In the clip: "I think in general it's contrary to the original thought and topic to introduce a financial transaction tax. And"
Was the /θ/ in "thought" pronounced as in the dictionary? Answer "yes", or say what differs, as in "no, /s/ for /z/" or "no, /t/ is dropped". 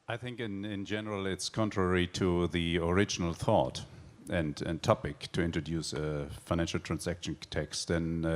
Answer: yes